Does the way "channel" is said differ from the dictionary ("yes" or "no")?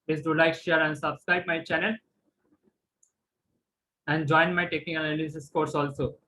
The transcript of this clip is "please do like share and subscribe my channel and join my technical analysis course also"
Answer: no